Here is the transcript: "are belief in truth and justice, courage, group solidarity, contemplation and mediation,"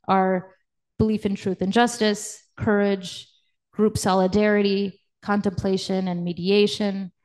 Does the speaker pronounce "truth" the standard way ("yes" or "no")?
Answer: yes